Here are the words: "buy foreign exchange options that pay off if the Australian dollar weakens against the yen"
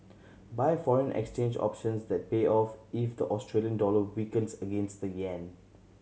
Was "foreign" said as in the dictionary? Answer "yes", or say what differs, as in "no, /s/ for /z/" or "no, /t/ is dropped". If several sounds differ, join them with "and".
yes